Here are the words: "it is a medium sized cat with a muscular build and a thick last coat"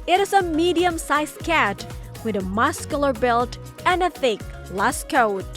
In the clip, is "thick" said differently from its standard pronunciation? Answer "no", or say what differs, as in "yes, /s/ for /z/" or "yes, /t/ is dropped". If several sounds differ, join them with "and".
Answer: no